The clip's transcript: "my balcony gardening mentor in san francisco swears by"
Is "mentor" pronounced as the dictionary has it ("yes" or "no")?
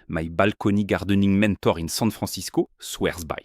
yes